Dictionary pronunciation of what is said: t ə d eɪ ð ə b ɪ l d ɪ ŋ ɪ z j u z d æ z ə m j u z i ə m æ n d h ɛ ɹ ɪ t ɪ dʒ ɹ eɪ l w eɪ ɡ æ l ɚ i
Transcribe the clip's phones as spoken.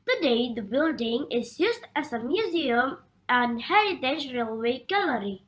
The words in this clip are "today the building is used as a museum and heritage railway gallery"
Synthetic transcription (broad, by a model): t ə d eɪ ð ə b ɪ l d ɪ ŋ ɪ z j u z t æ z ə m j u z i ə m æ n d h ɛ ɹ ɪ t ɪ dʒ ɹ eɪ l w eɪ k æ l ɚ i